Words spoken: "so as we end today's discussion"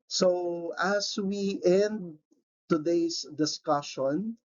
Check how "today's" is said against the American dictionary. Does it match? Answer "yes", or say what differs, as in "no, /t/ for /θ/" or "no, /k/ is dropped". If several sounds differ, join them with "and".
no, /s/ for /z/